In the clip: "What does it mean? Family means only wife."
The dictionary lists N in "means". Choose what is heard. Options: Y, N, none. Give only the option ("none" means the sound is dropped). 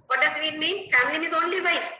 none